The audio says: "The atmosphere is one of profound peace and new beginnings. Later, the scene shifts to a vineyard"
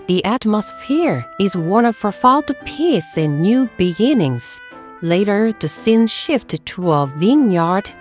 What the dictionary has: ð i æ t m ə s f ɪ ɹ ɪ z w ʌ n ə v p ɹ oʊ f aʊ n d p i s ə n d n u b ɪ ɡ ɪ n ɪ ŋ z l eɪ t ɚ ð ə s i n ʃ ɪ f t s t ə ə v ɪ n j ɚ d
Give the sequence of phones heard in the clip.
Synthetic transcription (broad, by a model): ð i æ t m ə s f ɪ ɹ ɪ z w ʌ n ə v f ɹ f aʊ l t p i s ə n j u b ɪ ɡ ɪ n ɪ ŋ z l eɪ t ɚ ð ə s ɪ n ʃ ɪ f t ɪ t ə ə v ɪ n j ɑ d